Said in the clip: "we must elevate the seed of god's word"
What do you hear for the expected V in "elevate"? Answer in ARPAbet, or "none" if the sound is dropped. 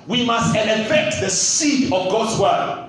F